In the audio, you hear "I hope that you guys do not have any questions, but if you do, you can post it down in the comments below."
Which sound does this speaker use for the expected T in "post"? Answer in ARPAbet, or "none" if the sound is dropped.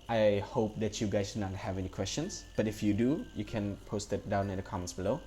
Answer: T